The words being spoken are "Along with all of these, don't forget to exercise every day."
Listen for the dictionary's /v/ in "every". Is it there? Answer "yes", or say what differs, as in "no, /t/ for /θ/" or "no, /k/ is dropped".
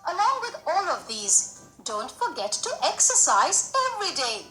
yes